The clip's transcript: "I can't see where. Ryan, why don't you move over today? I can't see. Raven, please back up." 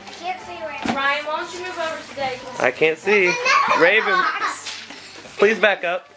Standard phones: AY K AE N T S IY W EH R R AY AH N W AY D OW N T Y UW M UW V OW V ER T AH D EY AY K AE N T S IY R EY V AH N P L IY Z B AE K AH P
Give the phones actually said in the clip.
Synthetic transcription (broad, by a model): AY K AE N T S IY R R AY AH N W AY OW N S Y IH M UW V OW V ER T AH D EY AY K AE N T S IY R EY V AH N P L IY Z B AE K AH P